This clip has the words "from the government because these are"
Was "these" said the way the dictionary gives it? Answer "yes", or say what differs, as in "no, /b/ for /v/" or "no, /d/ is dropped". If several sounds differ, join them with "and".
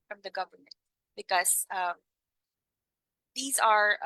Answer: yes